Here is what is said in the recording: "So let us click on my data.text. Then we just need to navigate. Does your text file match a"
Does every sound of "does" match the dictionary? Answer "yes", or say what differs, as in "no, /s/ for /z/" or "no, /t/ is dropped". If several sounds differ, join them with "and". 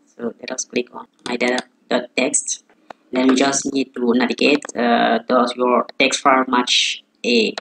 no, /s/ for /z/